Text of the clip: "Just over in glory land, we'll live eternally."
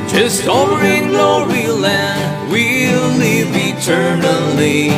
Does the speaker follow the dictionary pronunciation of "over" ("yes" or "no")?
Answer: no